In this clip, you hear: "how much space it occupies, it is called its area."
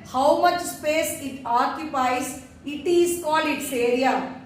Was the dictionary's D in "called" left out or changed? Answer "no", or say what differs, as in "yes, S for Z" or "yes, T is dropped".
yes, D is dropped